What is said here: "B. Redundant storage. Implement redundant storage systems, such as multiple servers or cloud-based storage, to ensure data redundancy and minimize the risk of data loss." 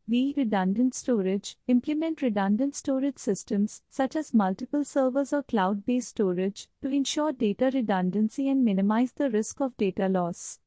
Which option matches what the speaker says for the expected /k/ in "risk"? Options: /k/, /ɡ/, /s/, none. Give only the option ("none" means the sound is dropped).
/k/